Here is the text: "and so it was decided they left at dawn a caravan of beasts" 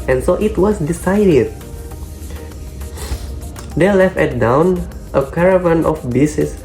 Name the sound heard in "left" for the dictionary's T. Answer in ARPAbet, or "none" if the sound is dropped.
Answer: T